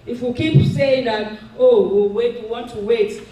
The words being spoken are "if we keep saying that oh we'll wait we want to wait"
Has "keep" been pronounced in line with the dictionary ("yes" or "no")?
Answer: no